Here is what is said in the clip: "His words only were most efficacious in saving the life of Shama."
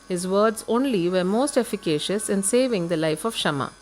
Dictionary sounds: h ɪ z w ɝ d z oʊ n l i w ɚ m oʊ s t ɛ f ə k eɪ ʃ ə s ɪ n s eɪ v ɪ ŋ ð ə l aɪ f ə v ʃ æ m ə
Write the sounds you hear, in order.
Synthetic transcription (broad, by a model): h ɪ z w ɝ d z oʊ n l i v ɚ m oʊ s t ɛ f ə k eɪ ʃ ə s ɪ n s eɪ v ɪ ŋ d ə l aɪ f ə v ʃ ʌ m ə